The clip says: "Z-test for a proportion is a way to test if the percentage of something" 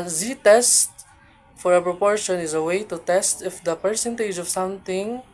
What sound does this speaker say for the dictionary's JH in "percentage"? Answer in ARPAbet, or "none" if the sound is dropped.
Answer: JH